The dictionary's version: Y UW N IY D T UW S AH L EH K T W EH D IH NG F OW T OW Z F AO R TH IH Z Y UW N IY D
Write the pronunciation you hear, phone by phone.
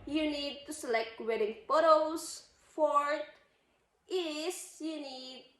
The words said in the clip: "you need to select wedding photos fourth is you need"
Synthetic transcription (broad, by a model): Y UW N IY D T UW S AH L EH K T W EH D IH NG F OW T OW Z F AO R T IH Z Y UW N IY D